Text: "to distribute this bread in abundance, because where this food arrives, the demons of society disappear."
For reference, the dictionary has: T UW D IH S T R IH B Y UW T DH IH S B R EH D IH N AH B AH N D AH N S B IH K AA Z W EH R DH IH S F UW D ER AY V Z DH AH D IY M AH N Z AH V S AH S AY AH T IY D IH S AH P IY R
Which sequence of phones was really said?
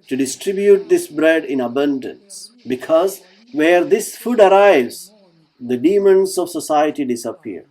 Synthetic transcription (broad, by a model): T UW D IH S T R IH B Y UW T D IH S B R EH D IH N AH B AH N D AH N S B IH K AA Z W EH R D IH S F UW D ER AY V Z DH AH D IY M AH N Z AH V S AH S AY AH T IY D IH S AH P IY R